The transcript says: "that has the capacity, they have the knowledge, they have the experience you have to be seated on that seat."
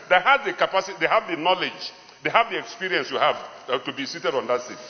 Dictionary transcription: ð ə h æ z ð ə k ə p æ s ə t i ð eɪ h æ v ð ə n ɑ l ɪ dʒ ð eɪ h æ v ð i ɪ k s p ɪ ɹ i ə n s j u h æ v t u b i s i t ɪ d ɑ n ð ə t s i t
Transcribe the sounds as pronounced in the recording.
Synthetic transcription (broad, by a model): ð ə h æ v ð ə k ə p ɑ s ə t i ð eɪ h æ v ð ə n ɑ l ɪ dʒ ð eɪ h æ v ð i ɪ k s p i ɹ i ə n s j u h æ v t u b i s i t ɪ d ɑ n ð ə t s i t